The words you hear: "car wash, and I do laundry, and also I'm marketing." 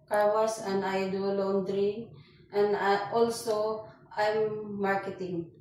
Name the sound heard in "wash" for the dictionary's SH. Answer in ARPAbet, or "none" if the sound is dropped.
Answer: S